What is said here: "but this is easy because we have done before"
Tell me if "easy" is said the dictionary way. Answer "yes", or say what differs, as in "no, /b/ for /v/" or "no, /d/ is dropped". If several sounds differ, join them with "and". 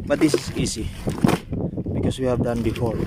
no, /s/ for /z/